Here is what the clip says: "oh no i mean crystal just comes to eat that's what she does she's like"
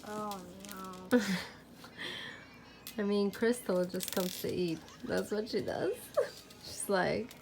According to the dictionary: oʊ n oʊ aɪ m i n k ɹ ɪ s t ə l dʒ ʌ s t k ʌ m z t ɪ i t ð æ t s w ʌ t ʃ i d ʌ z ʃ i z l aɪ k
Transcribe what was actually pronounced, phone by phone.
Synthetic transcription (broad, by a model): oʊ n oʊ aɪ m i n k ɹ ɪ s t l dʒ ʌ s k ʌ m z t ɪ i t ð æ t s w ʌ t ʃ i d ʌ z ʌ s l aɪ k